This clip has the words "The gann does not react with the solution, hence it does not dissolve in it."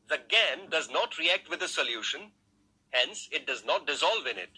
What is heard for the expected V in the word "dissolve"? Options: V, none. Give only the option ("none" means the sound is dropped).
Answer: V